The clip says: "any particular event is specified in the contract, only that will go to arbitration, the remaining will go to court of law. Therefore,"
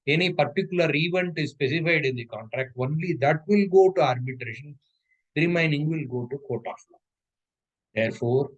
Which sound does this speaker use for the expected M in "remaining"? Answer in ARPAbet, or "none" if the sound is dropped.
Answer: none